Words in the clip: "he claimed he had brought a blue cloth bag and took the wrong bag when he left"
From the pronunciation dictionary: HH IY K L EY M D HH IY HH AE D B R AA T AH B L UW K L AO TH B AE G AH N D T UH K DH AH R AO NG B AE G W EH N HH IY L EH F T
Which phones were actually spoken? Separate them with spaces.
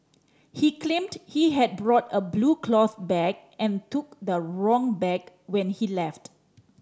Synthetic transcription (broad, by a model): HH IY K L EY M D HH IY HH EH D B R AA T AH B L UW K L AO TH B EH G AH N T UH K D AH R AO NG B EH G W EH N HH IY L EH F T